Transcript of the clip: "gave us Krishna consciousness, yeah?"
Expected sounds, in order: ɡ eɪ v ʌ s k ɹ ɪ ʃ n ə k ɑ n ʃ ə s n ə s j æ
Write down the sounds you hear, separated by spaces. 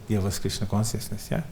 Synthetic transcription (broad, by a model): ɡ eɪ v ʌ s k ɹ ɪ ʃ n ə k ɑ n s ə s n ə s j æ